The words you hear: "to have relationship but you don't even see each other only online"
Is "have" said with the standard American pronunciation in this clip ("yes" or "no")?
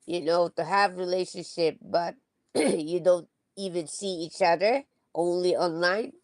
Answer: yes